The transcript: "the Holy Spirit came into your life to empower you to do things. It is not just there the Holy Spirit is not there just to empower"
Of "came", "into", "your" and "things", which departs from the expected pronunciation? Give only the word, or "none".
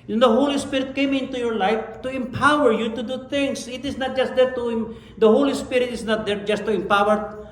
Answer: things